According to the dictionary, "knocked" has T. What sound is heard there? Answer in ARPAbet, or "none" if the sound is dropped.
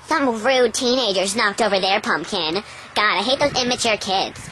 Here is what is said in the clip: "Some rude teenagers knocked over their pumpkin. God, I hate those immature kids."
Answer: T